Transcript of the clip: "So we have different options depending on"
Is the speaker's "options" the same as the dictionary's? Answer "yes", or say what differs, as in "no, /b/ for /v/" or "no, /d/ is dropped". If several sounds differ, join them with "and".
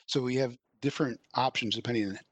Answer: yes